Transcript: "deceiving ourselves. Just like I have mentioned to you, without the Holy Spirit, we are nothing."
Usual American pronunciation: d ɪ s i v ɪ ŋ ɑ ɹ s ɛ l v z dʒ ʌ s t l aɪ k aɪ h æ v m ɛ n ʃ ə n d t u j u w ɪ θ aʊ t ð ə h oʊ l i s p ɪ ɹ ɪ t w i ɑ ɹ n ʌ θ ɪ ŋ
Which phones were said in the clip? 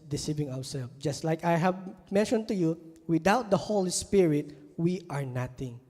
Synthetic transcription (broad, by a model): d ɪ s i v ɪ ŋ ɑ w s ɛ l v dʒ ʌ s t l aɪ k aɪ h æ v m ɛ n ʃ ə n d t u j u w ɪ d aʊ t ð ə h oʊ l i s p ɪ ɹ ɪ t w i ɑ ɹ n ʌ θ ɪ ŋ